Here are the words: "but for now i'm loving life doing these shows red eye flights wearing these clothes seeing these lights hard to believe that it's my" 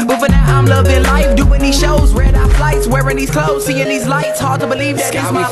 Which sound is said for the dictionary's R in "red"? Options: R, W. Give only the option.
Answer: W